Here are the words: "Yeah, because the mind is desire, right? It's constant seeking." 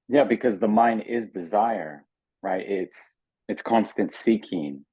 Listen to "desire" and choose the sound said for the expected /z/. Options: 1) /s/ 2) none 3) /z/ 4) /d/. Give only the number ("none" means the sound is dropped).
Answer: 3